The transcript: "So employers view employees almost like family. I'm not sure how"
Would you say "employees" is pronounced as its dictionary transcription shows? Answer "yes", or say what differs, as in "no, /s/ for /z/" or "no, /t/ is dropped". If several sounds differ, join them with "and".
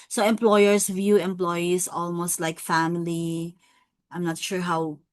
no, /s/ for /z/